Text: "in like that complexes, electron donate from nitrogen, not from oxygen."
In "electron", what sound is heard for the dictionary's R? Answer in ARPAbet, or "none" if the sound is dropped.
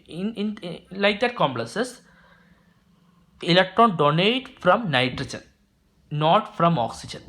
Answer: R